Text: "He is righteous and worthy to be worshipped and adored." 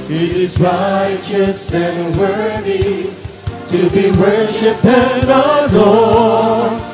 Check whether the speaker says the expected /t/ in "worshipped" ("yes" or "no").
no